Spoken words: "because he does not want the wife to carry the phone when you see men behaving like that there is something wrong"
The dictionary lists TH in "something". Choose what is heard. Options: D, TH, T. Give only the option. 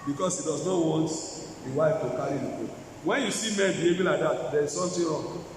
T